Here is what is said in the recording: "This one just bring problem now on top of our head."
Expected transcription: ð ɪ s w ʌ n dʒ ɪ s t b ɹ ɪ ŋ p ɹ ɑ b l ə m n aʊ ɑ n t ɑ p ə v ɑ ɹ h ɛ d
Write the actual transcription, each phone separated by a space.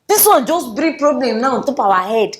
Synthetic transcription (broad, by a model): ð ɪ s w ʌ n dʒ ɪ s t b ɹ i p ɹ ɑ b l ə m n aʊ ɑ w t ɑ p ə w ɑ h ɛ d